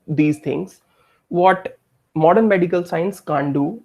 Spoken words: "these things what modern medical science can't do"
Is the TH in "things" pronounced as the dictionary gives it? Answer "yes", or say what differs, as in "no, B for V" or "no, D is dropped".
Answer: no, T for TH